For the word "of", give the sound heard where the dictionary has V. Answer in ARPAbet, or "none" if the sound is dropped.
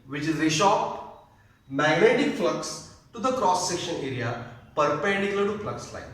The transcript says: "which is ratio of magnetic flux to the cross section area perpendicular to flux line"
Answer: P